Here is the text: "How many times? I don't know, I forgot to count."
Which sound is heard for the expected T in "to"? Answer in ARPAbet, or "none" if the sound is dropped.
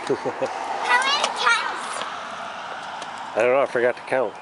T